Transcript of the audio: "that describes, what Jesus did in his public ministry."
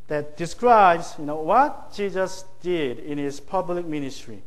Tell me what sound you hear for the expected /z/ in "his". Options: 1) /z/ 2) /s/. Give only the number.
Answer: 2